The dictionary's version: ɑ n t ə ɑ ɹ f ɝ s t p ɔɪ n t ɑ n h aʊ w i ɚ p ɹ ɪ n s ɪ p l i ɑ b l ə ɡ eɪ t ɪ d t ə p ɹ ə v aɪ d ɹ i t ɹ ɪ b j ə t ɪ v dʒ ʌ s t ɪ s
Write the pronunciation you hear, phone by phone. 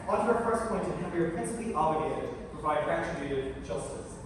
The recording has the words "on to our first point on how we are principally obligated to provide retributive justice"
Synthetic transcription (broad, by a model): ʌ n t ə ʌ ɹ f ɝ s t p ɔɪ n t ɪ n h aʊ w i ɚ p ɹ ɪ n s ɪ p l i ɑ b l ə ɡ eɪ t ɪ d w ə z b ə ɪ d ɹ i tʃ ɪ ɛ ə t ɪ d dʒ ʌ s t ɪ s